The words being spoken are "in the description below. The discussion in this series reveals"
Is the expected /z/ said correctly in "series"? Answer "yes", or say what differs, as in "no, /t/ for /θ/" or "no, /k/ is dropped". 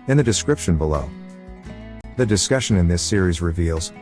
yes